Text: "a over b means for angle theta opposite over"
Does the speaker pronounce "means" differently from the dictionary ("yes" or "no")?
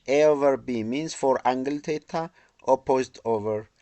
yes